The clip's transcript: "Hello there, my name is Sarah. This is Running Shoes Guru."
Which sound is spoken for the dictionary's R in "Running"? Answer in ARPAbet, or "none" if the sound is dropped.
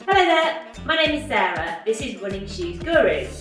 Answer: W